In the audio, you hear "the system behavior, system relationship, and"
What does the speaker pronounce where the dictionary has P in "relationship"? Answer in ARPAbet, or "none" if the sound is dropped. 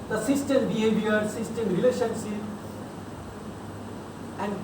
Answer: none